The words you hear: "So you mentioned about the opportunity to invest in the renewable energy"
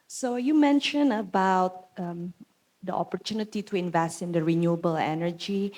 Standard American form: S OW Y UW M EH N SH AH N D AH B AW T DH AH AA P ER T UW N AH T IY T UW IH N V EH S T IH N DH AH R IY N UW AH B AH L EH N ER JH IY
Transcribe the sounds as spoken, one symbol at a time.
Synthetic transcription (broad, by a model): S OW Y UW M EH N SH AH N AH B AW T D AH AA P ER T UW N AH T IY T UW IH N V EH S T IH N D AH R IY N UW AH B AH L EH N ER JH IY